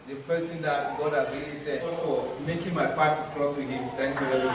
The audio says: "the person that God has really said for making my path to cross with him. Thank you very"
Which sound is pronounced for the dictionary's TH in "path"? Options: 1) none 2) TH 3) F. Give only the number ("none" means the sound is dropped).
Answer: 3